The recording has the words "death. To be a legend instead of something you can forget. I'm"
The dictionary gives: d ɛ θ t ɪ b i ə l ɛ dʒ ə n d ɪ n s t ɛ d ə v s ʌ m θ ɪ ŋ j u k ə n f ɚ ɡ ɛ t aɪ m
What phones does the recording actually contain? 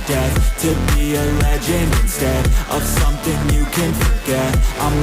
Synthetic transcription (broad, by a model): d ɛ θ t ɪ b i ə l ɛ dʒ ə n ɪ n s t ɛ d ə v s ʌ m θ ɪ ŋ j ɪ k ə n f ɚ ɡ ɛ t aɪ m